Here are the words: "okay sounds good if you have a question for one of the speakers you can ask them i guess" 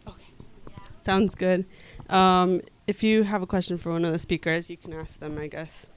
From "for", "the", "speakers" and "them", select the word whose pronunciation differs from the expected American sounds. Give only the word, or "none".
none